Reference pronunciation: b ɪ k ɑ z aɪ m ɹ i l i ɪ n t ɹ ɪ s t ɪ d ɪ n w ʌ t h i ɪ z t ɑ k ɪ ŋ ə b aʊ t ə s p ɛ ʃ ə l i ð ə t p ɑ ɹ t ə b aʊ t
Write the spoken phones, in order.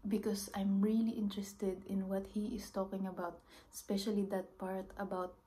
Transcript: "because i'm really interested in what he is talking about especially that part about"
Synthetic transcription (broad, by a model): b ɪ k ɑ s aɪ m ɹ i l i ɪ n t ɹ ɪ s t ɪ d ɪ n w ʌ t h i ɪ s t ɑ k ɪ ŋ ə b aʊ t s p ɛ ʃ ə l i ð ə t p ɑ ɹ t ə b aʊ t